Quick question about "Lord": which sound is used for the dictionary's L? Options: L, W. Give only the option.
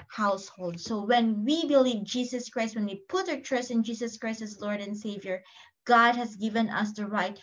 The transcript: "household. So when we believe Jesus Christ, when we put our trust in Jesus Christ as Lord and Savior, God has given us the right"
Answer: L